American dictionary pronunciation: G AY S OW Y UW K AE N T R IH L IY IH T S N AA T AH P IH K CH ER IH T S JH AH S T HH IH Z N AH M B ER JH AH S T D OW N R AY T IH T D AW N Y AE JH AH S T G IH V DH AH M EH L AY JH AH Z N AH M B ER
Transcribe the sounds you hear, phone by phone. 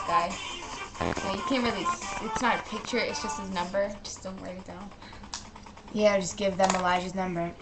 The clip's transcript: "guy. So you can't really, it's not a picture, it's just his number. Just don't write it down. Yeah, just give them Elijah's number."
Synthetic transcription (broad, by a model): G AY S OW Y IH K AE N T R IH L IY IH T S N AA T AH P IH K CH ER IH T S JH AH S T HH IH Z N AH M B ER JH AH S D OW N W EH IH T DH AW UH Y AE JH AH S G IH V DH AH M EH L AY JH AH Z N AH M B ER